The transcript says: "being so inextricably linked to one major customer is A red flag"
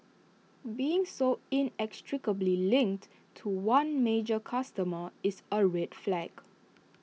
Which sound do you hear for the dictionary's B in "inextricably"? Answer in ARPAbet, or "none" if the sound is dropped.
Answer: B